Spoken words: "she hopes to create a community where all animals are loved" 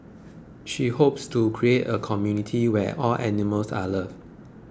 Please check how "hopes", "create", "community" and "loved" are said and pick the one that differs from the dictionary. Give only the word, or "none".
loved